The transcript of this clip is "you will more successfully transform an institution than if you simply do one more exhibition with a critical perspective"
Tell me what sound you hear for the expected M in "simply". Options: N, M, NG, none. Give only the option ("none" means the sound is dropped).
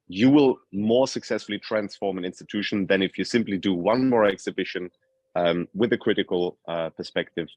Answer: M